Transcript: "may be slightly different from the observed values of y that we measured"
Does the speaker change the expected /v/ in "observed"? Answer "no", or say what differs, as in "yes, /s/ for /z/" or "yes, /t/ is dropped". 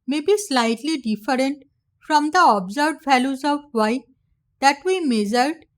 yes, /v/ is dropped